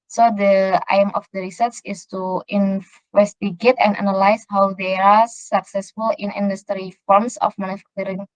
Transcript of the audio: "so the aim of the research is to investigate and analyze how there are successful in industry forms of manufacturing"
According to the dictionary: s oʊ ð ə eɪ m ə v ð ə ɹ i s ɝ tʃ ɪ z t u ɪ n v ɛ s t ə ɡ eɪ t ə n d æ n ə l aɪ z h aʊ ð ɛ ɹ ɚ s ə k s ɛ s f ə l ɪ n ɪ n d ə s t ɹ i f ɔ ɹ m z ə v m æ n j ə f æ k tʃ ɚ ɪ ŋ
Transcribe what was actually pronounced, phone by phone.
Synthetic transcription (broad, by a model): s oʊ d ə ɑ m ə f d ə ɹ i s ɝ s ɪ s t u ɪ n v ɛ s t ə ɡ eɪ t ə n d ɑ n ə l aɪ s h aʊ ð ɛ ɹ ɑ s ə k s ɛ s f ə l ɪ n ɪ n d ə s t ɹ i f ɔ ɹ m s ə f m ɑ n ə f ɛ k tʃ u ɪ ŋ